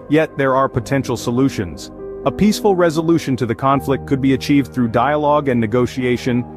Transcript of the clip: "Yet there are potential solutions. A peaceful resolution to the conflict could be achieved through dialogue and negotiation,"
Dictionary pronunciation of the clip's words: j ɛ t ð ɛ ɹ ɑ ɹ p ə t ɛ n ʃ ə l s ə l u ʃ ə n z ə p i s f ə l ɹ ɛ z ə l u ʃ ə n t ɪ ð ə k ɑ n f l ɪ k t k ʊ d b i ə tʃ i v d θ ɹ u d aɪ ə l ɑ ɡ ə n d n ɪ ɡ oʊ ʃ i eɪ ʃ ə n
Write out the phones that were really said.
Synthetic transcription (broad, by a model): j ɛ t ð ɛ ɹ ɑ ɹ p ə t ɛ n ʃ l s ə l u ʃ ə n z ə p i s f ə l ɹ ɛ z ə l u ʃ ə n t ɪ ð ə k ɑ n f l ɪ k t k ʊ d b i ə tʃ i v d θ ɹ u d aɪ ə l ɑ ɡ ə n n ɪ ɡ oʊ ʃ i eɪ ʃ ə n